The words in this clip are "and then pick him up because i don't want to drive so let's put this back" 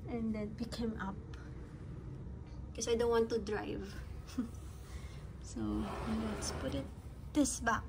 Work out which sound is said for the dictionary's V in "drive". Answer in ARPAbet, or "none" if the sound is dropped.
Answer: V